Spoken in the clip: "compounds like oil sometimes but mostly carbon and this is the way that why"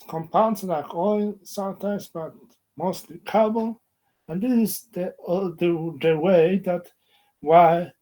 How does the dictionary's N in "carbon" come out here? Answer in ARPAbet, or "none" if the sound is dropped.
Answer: L